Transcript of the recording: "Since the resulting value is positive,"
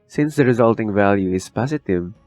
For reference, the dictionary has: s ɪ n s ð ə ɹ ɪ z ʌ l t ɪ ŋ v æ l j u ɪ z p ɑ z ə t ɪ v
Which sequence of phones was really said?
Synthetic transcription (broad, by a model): s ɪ n s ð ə ɹ ɪ z ʌ l t ɪ ŋ v æ l j u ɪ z p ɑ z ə t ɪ v